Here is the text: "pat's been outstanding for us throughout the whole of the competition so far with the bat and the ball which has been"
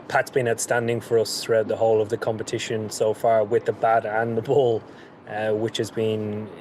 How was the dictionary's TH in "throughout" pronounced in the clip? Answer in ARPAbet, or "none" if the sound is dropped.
TH